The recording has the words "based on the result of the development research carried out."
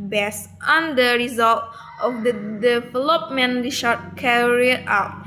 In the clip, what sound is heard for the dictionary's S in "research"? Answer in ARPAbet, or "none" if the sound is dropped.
SH